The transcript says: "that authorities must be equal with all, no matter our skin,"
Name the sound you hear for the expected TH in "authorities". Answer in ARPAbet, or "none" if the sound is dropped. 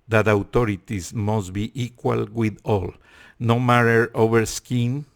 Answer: T